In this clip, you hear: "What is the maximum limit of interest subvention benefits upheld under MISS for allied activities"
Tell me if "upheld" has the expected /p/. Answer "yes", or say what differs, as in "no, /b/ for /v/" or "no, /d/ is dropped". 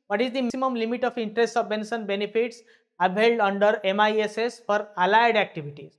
no, /b/ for /p/